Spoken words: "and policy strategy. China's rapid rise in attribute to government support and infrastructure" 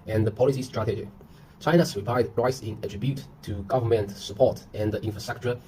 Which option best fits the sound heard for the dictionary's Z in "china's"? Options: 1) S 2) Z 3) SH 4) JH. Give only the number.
1